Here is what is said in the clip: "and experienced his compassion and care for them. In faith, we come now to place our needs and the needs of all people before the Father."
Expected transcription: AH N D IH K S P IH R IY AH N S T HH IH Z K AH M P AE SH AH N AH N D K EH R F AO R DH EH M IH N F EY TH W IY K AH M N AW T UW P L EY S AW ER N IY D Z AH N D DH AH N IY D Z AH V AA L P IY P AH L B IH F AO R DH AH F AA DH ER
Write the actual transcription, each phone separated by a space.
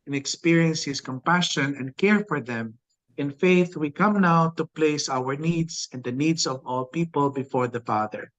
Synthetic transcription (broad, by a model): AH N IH K S P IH R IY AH N S HH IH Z K AH M P AE SH AH N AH N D K EH R F AO R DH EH M IH N F EY TH W IY K AH M N AW T UW P L EY S AW ER N IY D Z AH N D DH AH N IY D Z AH V AA L P IY P AH L B IH F AO R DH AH F AA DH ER